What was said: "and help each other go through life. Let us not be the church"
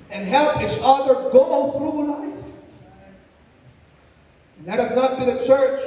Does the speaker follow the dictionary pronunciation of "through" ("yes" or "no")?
yes